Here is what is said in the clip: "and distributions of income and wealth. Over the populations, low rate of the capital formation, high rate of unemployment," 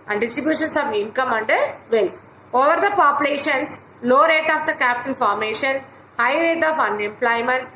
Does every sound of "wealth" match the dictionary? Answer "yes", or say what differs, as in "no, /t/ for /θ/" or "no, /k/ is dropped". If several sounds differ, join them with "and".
no, /t/ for /θ/